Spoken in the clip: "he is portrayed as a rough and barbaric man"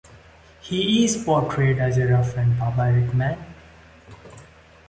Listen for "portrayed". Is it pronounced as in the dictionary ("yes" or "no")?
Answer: yes